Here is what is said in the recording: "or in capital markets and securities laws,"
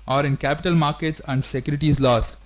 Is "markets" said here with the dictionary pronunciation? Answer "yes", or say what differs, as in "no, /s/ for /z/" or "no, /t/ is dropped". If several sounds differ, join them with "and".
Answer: yes